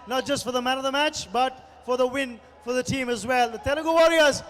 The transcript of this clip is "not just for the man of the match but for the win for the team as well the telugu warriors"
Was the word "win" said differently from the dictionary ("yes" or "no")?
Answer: no